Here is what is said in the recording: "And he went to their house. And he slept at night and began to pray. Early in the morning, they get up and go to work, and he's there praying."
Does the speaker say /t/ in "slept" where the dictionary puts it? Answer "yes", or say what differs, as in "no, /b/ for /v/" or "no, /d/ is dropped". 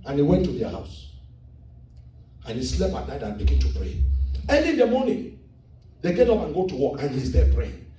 no, /t/ is dropped